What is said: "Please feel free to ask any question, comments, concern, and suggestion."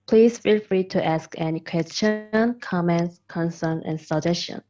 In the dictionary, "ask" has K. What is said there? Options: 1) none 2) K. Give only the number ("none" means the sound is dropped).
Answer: 2